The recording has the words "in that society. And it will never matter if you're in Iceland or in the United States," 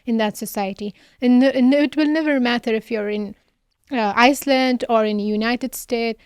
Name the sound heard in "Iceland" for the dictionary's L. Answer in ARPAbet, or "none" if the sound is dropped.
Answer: L